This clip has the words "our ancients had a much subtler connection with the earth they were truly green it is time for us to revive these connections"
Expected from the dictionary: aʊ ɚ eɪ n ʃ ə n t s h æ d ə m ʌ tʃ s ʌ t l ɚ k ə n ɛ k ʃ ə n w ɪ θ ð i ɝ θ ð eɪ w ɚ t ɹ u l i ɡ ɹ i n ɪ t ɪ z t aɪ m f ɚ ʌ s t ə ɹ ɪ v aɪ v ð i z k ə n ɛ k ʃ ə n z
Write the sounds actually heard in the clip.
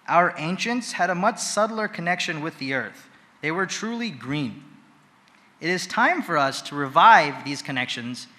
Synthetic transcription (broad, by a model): aʊ ɚ eɪ n ʃ ə n t s h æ d ə m ʌ tʃ s ʌ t l ɚ k ə n ɛ k ʃ ə n w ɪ ð i ɝ θ ð eɪ w ɚ t ɹ u l i ɡ ɹ i n ɪ t ɪ z t aɪ m f ɚ ʌ s t ə ɹ ɪ v aɪ v ð i z k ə n ɛ k ʃ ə n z